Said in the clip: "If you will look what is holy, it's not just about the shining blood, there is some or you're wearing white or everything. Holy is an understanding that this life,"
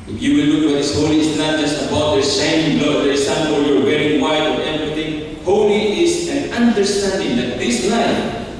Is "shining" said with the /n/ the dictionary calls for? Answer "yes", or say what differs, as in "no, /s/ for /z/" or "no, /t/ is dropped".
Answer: no, /n/ is dropped